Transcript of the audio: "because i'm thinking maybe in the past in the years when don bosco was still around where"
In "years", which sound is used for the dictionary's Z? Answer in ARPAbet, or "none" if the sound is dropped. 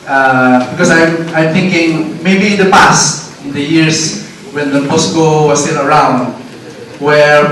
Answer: S